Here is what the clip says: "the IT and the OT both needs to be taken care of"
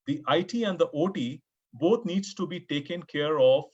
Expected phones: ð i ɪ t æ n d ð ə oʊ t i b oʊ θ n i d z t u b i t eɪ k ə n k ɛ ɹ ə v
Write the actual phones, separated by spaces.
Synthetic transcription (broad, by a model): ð i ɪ t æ n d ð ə oʊ t i b oʊ t n i d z t u b i t eɪ k ə n k ɛ ɹ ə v